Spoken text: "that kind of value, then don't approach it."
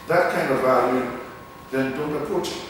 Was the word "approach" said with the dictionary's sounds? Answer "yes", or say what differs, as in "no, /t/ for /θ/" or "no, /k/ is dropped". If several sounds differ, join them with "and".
no, /ɹ/ is dropped